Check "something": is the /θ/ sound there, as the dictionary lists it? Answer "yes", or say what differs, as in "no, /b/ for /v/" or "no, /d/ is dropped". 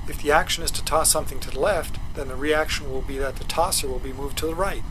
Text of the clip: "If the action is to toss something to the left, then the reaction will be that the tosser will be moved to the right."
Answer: yes